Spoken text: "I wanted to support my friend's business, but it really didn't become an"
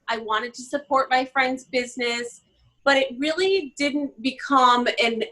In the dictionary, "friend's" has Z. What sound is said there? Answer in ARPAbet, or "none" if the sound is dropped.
Z